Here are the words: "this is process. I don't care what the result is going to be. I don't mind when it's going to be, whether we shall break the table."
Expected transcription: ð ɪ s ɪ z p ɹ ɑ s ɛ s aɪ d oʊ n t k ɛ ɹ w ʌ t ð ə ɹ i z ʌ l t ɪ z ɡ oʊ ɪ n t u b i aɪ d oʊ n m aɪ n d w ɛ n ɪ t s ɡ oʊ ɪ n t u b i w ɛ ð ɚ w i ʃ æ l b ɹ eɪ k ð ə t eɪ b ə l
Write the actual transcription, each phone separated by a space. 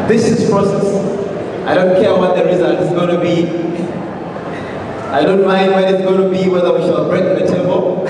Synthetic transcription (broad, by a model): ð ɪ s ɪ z p ɹ ɑ s ɛ s aɪ d oʊ n t k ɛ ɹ w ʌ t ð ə ɹ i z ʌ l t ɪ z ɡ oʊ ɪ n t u b i aɪ d oʊ n m aɪ n d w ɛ ɪ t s ɡ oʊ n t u b i w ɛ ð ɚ w i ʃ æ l b ɹ eɪ k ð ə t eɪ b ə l